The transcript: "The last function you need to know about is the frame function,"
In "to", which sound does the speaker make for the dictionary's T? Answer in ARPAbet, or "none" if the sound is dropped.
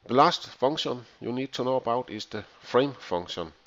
S